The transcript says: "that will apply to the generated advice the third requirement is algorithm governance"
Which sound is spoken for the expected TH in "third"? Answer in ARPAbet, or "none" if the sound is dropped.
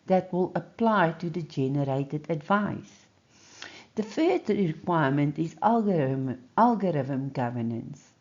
F